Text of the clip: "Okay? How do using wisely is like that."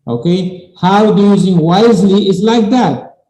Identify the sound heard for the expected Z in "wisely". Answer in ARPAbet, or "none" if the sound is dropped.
Z